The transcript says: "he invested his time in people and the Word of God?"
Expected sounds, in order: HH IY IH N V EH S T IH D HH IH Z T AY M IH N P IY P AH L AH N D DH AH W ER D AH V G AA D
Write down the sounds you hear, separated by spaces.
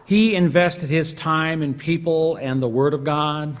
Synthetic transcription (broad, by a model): HH IY IH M V EH S T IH D HH IH Z T AY M IH N P IY P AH L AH N DH AH W ER D AH V G AA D